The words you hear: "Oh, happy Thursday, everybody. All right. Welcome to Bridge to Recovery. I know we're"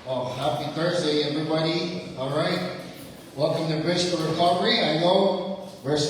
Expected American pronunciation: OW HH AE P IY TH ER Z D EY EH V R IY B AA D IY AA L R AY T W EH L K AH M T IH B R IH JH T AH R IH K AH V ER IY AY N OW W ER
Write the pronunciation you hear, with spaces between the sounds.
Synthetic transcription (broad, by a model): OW HH AE P IY TH ER Z D EY EH V R IY B AA D IY AA L R AY T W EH K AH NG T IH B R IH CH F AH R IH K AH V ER IY AY N OW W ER